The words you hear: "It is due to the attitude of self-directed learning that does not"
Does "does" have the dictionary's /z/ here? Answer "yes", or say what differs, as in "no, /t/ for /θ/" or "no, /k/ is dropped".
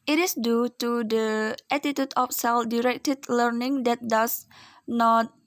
no, /s/ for /z/